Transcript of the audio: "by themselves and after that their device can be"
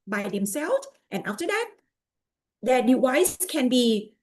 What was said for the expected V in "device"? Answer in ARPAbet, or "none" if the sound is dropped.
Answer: W